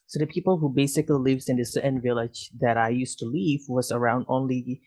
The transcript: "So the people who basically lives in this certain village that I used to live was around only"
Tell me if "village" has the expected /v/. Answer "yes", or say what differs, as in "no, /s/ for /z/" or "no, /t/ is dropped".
yes